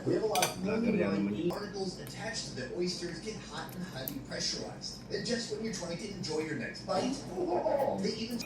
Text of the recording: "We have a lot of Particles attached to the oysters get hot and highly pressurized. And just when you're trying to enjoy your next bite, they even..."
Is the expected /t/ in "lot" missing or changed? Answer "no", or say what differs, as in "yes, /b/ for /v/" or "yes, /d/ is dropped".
yes, /t/ is dropped